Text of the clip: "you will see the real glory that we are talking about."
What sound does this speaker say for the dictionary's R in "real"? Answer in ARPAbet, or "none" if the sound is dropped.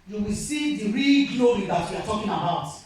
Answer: R